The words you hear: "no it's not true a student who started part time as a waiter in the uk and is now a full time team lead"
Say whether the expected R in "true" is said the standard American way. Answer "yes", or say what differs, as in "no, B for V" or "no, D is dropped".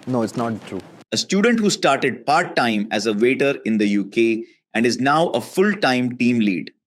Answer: yes